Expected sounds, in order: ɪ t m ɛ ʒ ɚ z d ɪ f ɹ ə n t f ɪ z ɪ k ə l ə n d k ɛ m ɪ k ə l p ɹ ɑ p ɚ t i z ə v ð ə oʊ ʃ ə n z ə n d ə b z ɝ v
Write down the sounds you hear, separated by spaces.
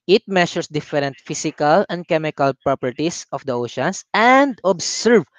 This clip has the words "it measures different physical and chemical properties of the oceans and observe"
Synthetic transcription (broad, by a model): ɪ t m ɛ ʃ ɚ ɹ d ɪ f ɹ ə n t f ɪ s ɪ k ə l ə n d k ɛ m ɪ k ə l p ɹ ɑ p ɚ t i s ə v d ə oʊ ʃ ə n s ə n d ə b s ɝ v